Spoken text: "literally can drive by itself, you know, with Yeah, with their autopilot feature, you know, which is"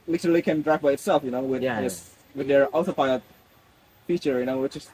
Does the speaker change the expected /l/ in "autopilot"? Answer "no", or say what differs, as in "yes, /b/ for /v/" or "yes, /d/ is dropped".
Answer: yes, /l/ is dropped